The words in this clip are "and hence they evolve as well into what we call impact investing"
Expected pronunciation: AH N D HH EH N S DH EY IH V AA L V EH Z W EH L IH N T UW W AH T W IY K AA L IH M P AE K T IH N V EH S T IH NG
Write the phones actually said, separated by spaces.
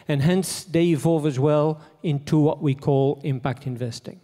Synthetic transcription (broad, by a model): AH N HH EH N S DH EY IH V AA V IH Z W EH L IH N T UW W AH T W IY K AA L IH M P AE K T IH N V EH S T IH NG